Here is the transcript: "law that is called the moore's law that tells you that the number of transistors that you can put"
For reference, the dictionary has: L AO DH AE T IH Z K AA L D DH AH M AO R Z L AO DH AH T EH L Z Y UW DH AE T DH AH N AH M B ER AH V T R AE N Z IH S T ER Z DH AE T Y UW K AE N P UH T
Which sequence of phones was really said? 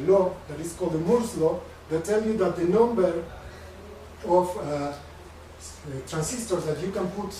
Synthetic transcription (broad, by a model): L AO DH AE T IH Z K AA L D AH M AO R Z L AO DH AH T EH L Y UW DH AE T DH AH N AH M B ER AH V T R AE N S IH S T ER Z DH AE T Y UW K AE N P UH T